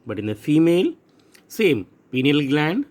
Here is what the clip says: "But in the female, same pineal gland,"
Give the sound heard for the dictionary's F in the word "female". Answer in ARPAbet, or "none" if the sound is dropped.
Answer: F